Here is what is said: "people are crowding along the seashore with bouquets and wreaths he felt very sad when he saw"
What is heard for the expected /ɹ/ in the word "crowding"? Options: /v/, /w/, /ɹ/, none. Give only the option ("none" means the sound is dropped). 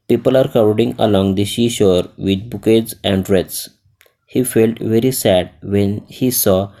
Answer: none